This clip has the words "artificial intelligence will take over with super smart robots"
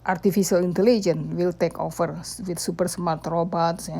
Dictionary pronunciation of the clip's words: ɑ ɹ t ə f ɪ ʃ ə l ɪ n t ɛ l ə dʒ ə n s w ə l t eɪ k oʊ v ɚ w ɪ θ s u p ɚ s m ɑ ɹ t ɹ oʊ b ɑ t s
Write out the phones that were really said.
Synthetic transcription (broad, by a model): ɑ ɹ t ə f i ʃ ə l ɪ n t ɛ l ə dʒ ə n w ə l t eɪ k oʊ f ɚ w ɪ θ s u p ɚ s m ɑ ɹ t ɹ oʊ b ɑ t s